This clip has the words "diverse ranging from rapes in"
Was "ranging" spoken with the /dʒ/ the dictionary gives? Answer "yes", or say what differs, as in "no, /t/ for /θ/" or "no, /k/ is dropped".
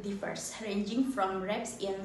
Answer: yes